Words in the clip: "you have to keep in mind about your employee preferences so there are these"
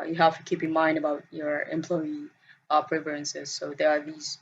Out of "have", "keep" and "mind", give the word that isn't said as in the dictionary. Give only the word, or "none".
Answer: have